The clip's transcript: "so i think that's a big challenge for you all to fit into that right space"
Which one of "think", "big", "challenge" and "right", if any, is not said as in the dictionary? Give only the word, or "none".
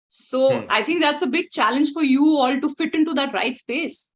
think